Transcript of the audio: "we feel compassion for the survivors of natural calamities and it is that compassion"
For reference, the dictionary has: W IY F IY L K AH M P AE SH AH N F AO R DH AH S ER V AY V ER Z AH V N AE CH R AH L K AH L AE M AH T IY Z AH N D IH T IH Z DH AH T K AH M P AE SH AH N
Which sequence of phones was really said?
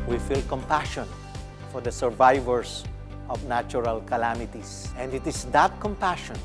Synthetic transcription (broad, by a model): W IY F IY L K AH M P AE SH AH N F AO R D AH S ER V AY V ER S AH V N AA CH R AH L K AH L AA M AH T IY S AH N D IH T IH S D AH T K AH M P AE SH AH N